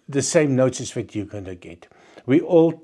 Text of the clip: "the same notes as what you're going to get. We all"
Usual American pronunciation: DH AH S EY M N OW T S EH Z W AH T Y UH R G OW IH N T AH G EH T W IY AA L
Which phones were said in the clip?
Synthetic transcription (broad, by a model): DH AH S EY M N OW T IH S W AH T Y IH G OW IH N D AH G EH T W IY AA L